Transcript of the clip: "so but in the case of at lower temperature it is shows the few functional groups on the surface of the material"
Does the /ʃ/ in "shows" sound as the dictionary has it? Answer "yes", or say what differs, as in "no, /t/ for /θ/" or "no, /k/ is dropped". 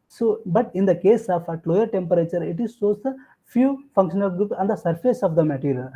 no, /s/ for /ʃ/